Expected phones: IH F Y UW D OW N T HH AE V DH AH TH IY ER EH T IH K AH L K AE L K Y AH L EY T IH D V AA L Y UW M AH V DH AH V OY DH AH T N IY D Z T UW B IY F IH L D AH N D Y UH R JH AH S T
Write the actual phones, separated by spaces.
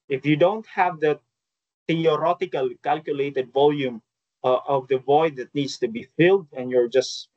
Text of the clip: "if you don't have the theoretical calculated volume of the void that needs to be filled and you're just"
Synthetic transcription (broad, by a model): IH F Y UW D OW N T HH AE V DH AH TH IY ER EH T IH K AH L K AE L K Y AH L EY T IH D V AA L Y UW M AH V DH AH V OY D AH T N IY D S T UW B IY F IH L D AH N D Y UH R JH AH S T